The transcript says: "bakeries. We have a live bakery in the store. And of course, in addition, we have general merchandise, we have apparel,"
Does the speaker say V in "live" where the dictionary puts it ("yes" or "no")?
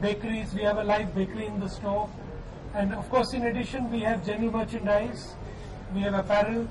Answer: no